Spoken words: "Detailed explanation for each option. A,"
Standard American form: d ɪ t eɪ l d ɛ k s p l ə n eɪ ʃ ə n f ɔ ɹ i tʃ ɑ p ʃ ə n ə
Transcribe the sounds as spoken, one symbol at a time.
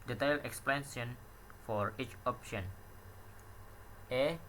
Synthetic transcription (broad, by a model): d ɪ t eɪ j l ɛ k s p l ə n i ə n f ɔ ɹ i tʃ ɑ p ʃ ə n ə